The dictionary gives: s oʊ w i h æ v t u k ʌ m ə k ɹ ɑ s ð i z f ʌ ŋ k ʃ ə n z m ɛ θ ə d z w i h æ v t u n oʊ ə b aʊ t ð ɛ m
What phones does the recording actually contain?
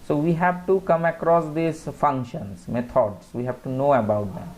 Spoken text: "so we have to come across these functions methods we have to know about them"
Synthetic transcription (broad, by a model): s oʊ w i h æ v t u k ʌ m ə k ɹ ɑ s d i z f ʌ ŋ k ʃ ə n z m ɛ t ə d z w i h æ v t u n oʊ ə b aʊ t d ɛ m